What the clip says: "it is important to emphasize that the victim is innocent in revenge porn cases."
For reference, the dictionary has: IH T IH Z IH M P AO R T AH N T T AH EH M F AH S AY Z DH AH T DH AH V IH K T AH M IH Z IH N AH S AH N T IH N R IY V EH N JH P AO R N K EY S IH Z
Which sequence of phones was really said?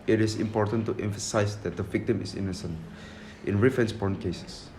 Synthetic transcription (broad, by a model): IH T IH S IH M P AO R T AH N T T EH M F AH S AY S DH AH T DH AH V IH K T AH M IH S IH N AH S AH N T IH N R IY F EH N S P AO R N K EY S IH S